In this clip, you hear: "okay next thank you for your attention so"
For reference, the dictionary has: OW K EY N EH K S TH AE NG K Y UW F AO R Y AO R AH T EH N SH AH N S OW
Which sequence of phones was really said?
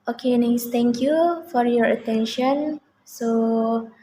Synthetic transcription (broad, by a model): OW K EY N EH S T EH NG K Y UW F AO R Y AO R AH T EH N SH AH N S OW